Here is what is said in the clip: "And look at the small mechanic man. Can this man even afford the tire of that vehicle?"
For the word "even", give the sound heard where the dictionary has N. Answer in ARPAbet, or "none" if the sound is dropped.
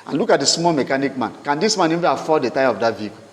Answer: none